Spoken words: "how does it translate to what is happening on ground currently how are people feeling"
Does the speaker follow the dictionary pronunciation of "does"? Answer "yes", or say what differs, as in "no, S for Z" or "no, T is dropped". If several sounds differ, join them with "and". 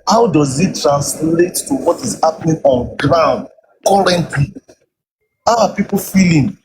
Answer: yes